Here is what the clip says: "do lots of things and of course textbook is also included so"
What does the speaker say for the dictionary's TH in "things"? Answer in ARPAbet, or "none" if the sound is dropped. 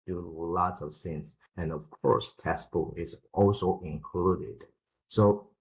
S